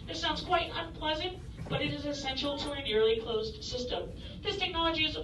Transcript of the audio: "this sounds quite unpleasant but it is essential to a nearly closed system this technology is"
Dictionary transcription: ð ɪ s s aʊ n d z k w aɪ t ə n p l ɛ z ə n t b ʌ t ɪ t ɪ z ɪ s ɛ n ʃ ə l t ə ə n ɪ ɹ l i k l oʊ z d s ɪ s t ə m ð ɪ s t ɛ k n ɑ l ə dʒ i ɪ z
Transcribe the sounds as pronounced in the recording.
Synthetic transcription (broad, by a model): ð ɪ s s aʊ n d z k w aɪ t ə n p l ɛ z ə n t b ʌ t ɪ t ɪ z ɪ s ɛ n ʃ l t ə ə n ɪ ɹ l i k l oʊ z d s ɪ s t ə m ð ɪ s t ɛ k n ɑ l ə dʒ i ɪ z